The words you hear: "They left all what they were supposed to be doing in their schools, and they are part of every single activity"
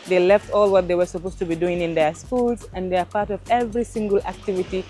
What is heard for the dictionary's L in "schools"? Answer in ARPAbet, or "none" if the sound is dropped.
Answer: L